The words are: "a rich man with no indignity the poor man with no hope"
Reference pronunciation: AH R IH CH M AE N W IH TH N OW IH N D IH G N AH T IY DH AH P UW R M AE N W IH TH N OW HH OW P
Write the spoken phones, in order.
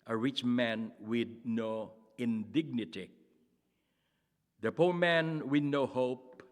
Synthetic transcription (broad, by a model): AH R IH CH M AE N W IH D N OW IH N D IH G N AH T IY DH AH P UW M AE N W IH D N OW HH OW P